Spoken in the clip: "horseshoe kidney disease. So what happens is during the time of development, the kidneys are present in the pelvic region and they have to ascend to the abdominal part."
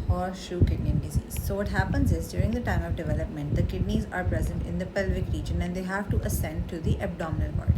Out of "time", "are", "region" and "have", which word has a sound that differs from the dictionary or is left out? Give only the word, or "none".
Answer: none